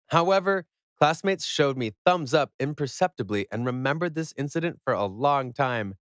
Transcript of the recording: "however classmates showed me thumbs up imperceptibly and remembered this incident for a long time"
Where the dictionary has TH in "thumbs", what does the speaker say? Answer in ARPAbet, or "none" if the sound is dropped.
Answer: TH